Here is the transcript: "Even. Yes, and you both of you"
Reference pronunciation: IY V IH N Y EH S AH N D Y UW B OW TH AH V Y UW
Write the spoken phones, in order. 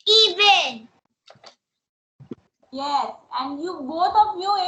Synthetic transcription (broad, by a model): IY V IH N Y EH S AH N D Y UW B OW T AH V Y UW